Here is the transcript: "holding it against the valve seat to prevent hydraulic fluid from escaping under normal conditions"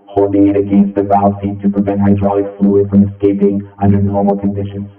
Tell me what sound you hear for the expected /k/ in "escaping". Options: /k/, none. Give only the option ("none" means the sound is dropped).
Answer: /k/